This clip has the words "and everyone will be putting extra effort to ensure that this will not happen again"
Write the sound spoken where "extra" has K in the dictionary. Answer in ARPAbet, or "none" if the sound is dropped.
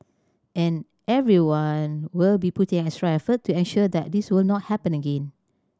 none